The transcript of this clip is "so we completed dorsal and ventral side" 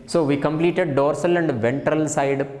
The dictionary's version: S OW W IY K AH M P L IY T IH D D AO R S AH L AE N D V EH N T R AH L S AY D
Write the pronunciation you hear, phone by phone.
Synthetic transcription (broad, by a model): S OW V IY K AH M P L IY T IH D D AO R S AH L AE N D V EH N T R AH L S AY D